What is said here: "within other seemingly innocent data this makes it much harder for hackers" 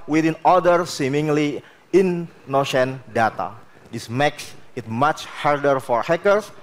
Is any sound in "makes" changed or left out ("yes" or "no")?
no